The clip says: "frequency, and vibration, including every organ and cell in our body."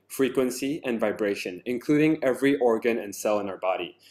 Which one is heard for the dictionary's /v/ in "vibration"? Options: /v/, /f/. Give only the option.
/v/